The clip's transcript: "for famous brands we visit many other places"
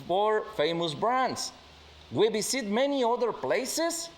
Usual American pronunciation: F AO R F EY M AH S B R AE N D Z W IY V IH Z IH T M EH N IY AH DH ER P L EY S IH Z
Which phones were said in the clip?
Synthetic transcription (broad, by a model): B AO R F EY M AH S B R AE N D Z W IY B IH S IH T M EH N IY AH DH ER P L EY S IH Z